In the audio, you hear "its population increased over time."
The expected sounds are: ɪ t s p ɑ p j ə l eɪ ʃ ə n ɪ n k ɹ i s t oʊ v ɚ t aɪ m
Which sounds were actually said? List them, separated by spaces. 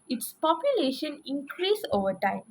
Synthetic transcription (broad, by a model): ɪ t s p ɑ p j ə l eɪ ʃ ə n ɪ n k ɹ i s oʊ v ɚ t aɪ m